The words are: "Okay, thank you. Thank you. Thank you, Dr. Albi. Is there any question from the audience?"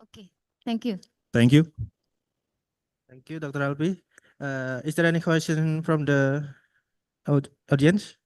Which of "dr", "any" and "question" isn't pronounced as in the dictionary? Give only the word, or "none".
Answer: none